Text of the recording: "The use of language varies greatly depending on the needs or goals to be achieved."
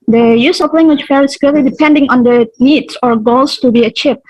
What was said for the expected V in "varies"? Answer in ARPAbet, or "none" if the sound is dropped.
F